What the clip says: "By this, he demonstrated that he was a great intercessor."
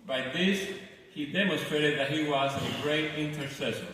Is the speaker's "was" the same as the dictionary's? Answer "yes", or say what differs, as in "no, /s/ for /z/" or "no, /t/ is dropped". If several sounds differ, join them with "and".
yes